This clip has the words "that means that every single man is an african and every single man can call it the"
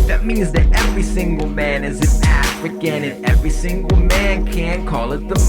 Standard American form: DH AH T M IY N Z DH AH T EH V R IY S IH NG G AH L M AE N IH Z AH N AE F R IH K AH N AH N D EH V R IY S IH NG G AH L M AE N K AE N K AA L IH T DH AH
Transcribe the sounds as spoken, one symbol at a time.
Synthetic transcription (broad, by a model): DH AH T M IY N Z DH AH T EH V R IY S IH NG G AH L M AE N IH Z AH N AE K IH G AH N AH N EH V R IY S IH NG G L M AE N K AE N K AA L IH T DH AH